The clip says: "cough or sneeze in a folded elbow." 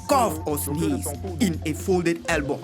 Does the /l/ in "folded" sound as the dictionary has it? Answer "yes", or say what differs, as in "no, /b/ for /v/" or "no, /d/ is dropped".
yes